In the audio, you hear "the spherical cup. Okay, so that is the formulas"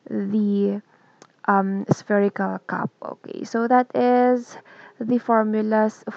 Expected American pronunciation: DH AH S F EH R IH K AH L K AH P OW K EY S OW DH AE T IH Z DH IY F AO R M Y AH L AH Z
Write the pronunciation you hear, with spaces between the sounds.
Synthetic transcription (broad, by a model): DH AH S F EH R IH K AH L K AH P OW K EY S OW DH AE T IH Z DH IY F AO R M Y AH L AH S